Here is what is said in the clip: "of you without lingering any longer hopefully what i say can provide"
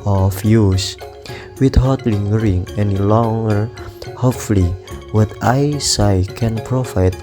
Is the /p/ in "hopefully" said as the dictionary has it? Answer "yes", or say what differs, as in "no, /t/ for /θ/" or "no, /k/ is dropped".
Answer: no, /p/ is dropped